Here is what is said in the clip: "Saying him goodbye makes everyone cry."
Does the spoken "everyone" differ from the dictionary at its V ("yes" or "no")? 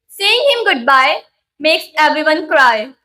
yes